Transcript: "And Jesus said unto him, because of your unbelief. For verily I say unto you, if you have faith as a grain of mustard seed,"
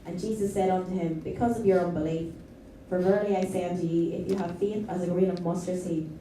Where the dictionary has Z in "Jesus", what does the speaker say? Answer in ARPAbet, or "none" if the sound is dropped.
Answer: Z